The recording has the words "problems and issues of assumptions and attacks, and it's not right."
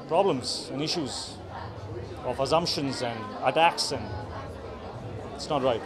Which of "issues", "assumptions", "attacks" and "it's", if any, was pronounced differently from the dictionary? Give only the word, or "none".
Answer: none